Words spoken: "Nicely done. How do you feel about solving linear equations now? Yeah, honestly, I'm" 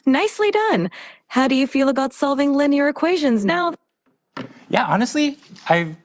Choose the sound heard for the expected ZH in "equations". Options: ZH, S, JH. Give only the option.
ZH